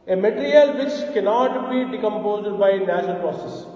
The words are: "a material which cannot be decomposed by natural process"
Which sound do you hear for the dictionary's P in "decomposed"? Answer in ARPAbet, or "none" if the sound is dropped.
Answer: P